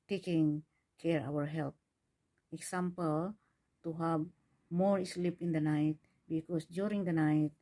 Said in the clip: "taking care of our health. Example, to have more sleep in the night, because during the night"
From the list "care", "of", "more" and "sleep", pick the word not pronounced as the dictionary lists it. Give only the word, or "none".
of